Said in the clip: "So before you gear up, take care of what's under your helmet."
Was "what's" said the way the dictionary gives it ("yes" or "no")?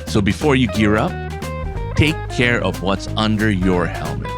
yes